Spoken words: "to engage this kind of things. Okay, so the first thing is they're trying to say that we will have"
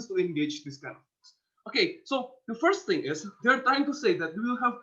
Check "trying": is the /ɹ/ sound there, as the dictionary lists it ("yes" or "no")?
no